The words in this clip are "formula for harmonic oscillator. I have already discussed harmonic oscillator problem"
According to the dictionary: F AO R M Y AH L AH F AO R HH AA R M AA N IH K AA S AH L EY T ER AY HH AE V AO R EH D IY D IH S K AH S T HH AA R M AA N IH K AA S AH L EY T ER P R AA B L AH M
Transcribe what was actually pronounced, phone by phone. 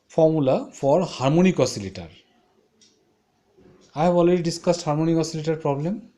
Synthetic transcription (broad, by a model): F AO R M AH L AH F AO R HH AA R M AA N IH K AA S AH L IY T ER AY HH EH B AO L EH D IY D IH S K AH S T HH AA R M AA N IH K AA S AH L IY T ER P R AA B L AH M